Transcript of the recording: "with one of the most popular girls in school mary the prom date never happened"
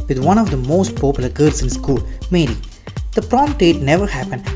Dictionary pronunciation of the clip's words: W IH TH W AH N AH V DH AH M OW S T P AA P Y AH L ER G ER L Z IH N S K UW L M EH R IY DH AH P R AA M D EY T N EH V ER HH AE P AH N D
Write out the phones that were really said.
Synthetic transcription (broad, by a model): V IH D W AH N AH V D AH M OW S T P AA P Y AH L ER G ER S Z IH N S K UW L M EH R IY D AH P R AA M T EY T N EH V ER HH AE P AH N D